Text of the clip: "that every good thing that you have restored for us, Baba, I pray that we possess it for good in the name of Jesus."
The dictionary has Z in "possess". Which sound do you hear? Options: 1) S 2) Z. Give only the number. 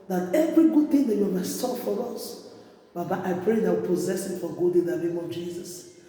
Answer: 2